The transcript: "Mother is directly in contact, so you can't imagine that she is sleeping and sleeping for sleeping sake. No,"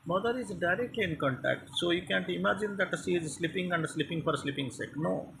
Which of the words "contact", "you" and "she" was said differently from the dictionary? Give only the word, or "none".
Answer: she